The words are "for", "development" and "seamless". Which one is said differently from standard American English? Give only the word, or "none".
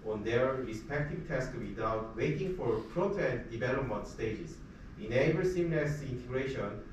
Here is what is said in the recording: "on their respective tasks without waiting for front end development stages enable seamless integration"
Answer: seamless